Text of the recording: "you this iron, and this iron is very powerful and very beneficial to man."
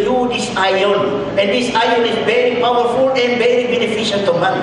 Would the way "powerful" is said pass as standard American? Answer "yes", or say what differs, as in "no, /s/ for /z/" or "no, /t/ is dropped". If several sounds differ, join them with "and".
yes